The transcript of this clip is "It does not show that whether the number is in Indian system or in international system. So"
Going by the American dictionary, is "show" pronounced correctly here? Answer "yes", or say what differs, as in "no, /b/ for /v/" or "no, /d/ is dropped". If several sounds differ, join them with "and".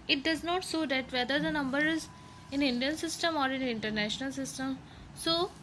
no, /s/ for /ʃ/